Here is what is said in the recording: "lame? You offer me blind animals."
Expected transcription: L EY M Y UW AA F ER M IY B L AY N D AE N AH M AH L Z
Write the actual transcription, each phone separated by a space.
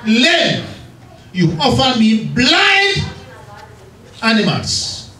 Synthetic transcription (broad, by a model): L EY Y UW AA F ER M IY B L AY D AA N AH M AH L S